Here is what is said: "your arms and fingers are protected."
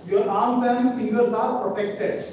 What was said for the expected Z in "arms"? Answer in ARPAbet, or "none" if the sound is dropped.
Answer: S